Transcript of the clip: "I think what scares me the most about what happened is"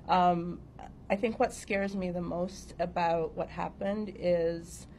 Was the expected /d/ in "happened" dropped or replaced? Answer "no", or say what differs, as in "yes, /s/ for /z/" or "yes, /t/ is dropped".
no